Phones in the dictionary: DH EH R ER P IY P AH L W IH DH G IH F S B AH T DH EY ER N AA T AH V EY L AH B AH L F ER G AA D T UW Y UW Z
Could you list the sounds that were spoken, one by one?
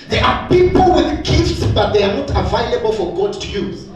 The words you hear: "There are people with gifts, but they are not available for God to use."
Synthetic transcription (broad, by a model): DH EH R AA P IY P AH L W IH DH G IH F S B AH T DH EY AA N AA T AH V EY L AH B AH L F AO G AA D T UW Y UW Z